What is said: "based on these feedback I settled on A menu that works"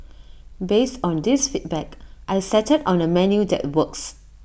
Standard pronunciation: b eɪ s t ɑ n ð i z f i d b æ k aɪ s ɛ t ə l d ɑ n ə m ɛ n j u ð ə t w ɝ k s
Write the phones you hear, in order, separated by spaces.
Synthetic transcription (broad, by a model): b eɪ s t ɑ n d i s f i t b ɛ k aɪ s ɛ t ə d ɑ n ə m ɛ n j u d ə t w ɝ k s